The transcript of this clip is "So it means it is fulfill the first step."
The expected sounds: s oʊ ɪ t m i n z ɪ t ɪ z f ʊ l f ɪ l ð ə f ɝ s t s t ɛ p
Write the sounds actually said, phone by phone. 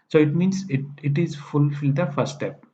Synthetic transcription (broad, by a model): s oʊ ɪ t m i n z ɪ t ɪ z f ʊ l f ɪ l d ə f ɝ t s t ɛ p